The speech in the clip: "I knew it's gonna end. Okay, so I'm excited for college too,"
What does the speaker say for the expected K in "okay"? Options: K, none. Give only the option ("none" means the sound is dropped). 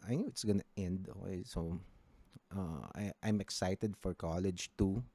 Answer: none